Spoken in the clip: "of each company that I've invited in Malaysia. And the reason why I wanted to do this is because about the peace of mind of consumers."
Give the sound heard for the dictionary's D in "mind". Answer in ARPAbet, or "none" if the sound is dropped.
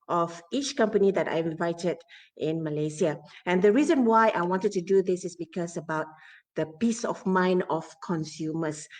none